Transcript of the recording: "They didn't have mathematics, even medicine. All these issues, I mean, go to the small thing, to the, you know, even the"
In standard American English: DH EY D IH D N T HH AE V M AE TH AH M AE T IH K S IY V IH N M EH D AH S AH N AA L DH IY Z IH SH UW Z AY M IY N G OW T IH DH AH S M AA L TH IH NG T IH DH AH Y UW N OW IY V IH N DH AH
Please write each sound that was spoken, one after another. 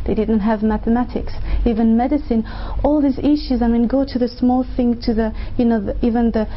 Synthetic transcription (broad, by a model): DH EY D IH D N T HH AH V M AE TH AH M AE T IH K S IY V IH N M EH D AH S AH N AA L DH IY Z IH SH UW Z AY M IY N G OW T IH DH AH S M AA L TH IH NG T IH DH AH Y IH N OW IY V IH N DH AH